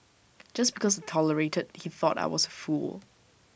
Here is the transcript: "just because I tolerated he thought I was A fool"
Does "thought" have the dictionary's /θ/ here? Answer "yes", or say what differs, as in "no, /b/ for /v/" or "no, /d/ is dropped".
yes